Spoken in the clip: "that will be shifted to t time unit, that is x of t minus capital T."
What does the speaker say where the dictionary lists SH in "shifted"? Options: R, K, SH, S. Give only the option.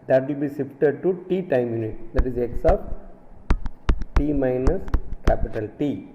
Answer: S